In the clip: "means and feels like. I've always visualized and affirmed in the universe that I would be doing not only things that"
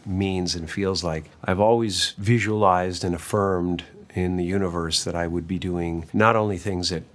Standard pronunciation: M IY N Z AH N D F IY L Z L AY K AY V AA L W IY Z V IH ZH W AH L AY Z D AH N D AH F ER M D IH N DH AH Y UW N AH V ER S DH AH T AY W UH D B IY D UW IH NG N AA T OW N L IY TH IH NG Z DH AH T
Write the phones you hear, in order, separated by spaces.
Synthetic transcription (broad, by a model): M IY N Z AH N F IY L Z L AY K AY V AA L W IY Z V IH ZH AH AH L AY Z D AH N AH F ER M D IH N DH AH Y UW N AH V ER S DH AH T AY W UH D B IY D UW IH NG N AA T OW N L IY TH IH NG Z DH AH T